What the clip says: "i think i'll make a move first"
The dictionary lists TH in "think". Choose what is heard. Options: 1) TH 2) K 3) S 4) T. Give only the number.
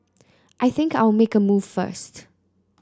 1